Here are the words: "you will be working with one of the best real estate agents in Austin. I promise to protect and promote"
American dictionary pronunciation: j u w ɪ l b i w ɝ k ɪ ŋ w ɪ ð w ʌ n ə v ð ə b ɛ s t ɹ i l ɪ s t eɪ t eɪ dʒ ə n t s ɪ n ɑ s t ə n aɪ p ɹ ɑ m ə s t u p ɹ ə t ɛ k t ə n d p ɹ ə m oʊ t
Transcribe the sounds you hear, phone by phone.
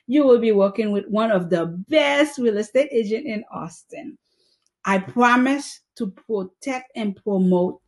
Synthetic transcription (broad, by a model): j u w ɪ l b i w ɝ k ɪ ŋ w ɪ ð w ʌ n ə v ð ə b ɛ s t ɹ i l ɪ s t eɪ t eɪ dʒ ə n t ɪ n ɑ s t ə n aɪ p ɹ ɑ m ə s t u p ɹ ə t ɛ k t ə n p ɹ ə m oʊ t